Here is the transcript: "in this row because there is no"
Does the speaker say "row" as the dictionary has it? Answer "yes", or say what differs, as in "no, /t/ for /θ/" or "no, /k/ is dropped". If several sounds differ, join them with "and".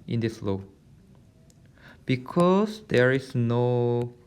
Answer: no, /l/ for /ɹ/